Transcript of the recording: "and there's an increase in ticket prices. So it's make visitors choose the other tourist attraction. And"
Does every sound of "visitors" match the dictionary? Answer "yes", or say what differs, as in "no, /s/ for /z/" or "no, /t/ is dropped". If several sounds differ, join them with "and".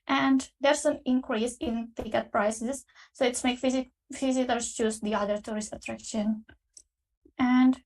no, /f/ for /v/